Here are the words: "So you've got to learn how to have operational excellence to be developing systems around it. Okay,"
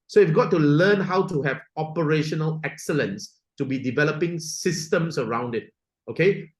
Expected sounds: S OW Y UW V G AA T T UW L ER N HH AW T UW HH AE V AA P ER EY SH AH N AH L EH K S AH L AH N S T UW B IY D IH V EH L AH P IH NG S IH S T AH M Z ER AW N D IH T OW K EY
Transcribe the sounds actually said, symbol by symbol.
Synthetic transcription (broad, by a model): S OW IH F G AA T T UW L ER N HH AW T UW HH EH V AA P ER EY SH AH N AH L EH K S AH L AH N S T UW B IY D IH V EH L AH P IH NG S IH S T AH M S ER AW N D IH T OW K EY